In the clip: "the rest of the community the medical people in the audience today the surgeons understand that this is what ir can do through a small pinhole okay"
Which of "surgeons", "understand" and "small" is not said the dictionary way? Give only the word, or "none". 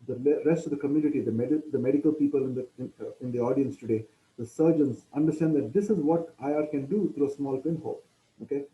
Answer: surgeons